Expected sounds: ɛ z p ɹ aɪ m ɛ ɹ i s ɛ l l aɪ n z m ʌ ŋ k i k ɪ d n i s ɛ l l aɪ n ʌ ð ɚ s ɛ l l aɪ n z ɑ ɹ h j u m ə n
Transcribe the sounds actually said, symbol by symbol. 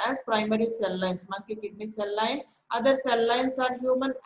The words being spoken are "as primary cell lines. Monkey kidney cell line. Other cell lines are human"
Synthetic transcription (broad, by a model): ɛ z p ɹ aɪ m ɛ ɹ i s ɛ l l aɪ n s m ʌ k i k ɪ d n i s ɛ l l aɪ n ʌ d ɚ s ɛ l l aɪ n s ɑ ɹ h j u m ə n